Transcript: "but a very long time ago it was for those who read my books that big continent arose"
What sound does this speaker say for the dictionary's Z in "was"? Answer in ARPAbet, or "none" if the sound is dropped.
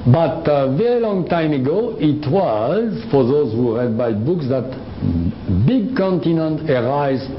Z